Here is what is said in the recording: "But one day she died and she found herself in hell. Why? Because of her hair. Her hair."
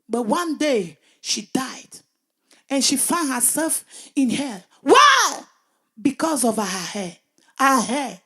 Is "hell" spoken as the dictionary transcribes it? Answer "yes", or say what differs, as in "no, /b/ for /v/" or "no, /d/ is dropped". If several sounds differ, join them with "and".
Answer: yes